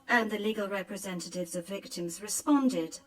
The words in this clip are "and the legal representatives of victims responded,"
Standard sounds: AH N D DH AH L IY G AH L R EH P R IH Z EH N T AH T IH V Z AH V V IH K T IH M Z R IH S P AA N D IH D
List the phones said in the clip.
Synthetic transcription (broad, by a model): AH N DH AH L IY G AH L R EH P R IH Z EH N T AH T IH V Z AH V V IH K T IH M Z R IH S P AA N D IH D